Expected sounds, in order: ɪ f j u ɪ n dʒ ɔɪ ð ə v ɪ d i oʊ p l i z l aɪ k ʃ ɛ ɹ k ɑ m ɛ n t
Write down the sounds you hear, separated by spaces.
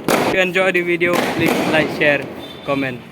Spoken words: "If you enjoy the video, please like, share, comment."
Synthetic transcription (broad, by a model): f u ɪ n dʒ ɔɪ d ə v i d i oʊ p l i s l aɪ k ʃ ɛ ɹ k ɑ m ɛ n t